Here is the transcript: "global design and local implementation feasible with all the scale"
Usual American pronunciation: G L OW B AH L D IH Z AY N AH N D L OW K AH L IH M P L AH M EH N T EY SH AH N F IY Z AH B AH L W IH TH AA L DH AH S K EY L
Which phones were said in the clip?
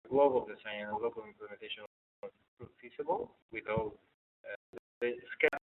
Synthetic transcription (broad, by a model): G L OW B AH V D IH S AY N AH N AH L OW K AH L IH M P L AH M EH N T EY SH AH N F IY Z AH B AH L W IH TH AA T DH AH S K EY